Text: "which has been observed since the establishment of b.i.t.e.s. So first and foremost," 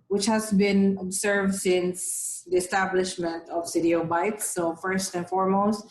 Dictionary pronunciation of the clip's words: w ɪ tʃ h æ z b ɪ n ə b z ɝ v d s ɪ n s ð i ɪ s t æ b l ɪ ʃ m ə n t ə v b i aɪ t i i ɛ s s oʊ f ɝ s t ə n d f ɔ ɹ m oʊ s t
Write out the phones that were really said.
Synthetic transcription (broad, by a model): w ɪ tʃ h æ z b ɪ n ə b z ɝ v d s ɪ n s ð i ɪ s t æ b l ɪ ʃ m ə n t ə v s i t i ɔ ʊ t s oʊ f ɝ s t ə n f ɔ ɹ m oʊ s t